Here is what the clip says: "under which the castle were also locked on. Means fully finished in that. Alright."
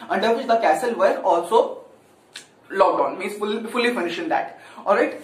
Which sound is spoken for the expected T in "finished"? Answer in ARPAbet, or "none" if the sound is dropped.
none